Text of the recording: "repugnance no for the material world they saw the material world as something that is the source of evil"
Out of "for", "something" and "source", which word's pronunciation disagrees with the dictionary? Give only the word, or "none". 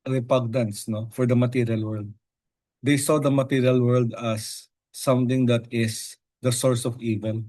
something